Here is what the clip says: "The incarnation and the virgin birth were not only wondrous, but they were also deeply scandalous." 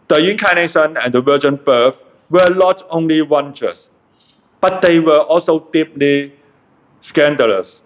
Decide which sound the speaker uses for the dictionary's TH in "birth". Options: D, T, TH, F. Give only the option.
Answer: F